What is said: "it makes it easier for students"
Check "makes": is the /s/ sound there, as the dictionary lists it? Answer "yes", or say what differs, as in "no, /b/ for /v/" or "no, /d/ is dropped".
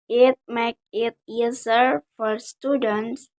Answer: no, /s/ is dropped